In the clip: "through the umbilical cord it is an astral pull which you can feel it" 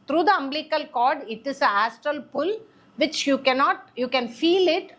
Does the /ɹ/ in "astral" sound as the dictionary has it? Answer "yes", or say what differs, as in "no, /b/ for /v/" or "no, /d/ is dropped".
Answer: yes